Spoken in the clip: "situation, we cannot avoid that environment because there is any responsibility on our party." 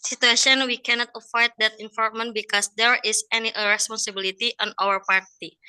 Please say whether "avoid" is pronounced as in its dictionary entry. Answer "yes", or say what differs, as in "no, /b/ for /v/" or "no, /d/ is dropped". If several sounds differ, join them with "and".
no, /f/ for /v/